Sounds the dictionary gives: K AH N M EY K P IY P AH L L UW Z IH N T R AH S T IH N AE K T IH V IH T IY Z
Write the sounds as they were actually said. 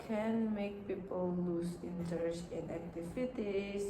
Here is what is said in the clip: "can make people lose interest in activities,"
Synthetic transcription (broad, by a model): K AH N M EY K P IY P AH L L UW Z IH N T AH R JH IH N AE K T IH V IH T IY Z